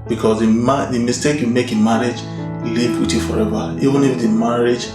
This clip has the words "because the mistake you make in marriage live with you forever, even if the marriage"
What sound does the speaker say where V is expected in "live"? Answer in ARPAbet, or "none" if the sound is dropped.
P